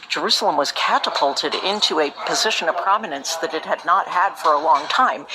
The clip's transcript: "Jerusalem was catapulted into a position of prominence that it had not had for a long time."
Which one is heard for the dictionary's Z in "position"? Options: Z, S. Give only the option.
Z